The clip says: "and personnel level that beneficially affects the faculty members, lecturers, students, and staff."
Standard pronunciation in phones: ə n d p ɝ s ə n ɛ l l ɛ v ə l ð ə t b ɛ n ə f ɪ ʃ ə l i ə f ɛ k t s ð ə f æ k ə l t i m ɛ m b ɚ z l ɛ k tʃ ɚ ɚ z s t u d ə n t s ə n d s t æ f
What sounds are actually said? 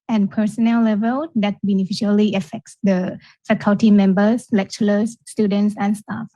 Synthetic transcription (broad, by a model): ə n p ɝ s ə n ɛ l l ɛ v ə l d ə t b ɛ n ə f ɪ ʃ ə l i ə f ɛ k t s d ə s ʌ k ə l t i m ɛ m b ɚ s l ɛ k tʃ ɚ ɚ s t u d ə n t s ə n s t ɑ f